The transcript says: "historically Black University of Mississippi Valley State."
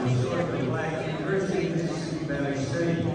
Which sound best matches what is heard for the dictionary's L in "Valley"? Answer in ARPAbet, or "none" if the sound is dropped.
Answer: none